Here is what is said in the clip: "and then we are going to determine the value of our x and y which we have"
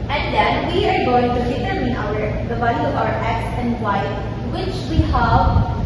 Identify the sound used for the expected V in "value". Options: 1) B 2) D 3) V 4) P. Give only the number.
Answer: 1